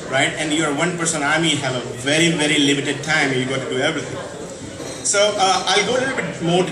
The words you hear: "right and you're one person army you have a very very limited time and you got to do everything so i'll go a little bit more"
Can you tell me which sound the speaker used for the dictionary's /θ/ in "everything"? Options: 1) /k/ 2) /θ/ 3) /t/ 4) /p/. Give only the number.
3